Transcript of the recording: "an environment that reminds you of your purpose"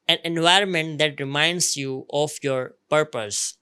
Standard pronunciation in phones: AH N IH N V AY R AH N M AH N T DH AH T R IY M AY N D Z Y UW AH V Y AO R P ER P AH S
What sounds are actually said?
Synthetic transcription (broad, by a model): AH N IH N V AY R AH N M AH N T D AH T R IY M AY N D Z Y UW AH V Y AO R P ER P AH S